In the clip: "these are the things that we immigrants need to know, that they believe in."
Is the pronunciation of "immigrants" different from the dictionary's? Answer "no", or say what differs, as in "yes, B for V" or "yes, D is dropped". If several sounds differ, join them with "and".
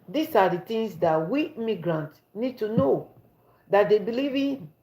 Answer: yes, S is dropped